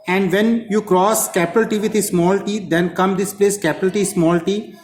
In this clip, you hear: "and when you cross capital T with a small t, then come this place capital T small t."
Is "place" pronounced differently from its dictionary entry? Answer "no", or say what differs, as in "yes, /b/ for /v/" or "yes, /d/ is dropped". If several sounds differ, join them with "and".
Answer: no